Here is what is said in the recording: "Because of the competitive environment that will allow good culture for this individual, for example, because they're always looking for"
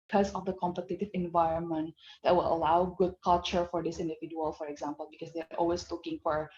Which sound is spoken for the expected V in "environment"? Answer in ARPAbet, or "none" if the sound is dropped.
V